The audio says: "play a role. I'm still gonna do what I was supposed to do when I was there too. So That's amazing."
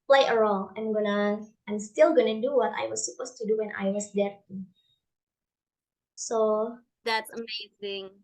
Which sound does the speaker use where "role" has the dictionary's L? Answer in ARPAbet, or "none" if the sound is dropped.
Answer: N